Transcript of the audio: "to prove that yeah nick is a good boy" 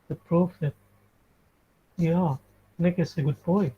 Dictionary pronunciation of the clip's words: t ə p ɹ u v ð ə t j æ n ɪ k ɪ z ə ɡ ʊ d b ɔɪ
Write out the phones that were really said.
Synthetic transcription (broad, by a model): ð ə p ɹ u f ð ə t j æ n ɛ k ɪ s ə ɡ ʊ d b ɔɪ